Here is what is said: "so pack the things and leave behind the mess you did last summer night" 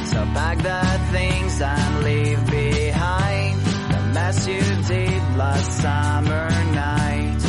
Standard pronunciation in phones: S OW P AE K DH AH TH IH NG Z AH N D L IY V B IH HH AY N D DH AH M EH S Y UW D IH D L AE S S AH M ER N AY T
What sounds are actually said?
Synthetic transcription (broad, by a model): S OW B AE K DH AH TH IH NG Z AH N L IY V B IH HH AY N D DH AH M EH S Y UW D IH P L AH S S AH M ER N AY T